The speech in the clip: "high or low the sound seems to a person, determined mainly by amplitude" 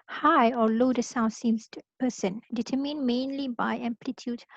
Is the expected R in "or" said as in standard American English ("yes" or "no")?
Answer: no